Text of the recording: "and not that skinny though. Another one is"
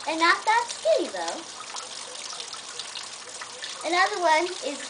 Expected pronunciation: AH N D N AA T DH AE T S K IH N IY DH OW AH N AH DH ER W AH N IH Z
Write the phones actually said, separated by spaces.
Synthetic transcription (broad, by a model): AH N N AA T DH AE T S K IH IY DH OW AH N AH DH ER W AH N IH Z